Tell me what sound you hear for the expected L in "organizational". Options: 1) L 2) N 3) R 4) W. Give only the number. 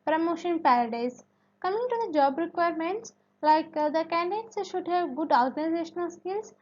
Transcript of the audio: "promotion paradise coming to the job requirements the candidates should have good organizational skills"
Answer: 1